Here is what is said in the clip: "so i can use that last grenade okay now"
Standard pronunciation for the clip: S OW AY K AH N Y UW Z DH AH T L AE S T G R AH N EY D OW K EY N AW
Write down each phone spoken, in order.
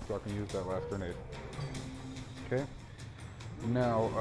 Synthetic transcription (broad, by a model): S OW AY K AH N Y UW Z DH AH T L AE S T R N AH IH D OW K EY N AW